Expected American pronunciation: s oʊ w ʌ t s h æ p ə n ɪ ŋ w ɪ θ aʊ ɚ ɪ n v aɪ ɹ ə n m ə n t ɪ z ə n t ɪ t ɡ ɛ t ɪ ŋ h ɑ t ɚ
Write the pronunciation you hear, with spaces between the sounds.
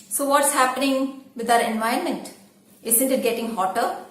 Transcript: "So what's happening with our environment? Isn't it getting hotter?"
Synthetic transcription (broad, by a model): s oʊ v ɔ t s h æ p ə n ɪ ŋ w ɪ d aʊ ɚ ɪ n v aɪ ə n m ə n t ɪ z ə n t ɪ t ɡ ɛ t ɪ ŋ h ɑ t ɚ